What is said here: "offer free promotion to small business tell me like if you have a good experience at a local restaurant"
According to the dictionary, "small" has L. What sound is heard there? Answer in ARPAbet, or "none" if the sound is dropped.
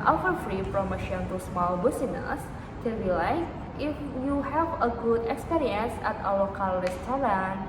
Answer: L